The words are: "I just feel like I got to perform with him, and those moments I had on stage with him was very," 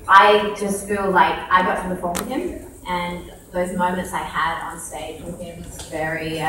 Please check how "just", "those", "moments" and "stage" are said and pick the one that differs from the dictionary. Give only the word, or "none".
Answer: none